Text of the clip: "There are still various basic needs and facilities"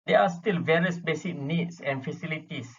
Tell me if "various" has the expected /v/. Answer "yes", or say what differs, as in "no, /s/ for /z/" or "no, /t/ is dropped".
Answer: yes